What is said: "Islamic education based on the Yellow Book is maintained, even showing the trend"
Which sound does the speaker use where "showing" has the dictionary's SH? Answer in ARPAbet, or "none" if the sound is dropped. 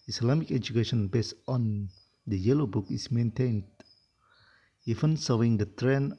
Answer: S